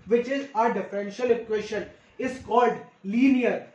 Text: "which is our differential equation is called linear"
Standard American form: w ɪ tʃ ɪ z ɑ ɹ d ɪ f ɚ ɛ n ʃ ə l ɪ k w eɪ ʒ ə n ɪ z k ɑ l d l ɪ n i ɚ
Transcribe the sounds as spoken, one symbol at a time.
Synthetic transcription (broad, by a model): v ɪ tʃ ɪ z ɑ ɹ d ɪ f ɚ ɛ n ʃ ə l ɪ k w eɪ ʃ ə n ɪ z k ɑ l d l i n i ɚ